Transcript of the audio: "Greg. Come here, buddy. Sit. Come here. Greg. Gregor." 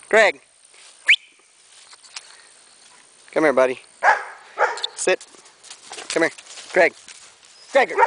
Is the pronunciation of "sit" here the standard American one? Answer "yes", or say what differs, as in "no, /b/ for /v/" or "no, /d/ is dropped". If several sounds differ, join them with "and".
yes